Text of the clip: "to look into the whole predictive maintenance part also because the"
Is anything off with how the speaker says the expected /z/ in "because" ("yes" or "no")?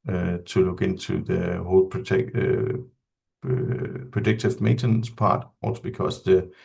yes